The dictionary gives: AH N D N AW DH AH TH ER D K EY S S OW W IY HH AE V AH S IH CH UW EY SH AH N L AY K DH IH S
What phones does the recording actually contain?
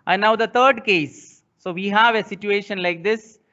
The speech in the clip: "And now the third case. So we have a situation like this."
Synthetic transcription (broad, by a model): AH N N AW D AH T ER D K EY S S OW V IY HH AE V AH S IH CH UW EY SH AH N L AY K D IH S